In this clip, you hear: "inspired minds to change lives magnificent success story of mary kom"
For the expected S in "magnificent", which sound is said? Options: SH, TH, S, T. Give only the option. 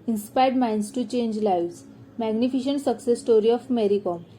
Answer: SH